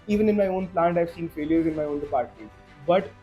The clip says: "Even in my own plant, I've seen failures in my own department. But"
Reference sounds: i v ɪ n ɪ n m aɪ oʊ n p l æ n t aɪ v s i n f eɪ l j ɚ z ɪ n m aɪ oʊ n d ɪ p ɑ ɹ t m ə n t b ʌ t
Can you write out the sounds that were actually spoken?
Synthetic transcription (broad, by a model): i v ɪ n ɪ n m aɪ oʊ n p l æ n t aɪ v s i n f eɪ l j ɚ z ɪ n m aɪ oʊ n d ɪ p ɑ ɹ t ə b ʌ t